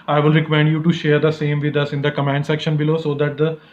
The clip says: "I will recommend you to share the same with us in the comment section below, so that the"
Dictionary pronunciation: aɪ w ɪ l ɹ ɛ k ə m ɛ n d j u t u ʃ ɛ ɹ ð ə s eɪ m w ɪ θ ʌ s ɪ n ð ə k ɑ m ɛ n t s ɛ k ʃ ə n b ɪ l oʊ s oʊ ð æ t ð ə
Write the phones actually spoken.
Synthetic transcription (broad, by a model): aɪ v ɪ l ɹ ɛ k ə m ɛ n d j u t u ʃ ɛ ɹ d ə s eɪ m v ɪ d ʌ s ɪ n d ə k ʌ m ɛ n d s ɛ k ʃ ə n b ɪ l oʊ s oʊ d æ t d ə